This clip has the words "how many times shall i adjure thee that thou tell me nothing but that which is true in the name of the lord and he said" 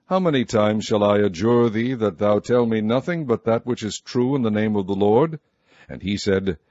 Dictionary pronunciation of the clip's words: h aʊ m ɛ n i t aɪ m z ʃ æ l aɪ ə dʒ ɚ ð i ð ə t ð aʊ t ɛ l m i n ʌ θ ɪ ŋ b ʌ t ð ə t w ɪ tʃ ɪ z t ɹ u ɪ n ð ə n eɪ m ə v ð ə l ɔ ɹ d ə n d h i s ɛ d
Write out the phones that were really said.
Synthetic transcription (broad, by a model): h aʊ m ɛ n i t aɪ m z ʃ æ l aɪ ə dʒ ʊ ð i ð ə t ð aʊ t ɛ l m i n ʌ θ ɪ ŋ b ʌ t ð ə t w ɪ tʃ ɪ z t ɹ u ɪ n ð ə n eɪ m ə v ð ə l ɔ ɹ d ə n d i s ɛ d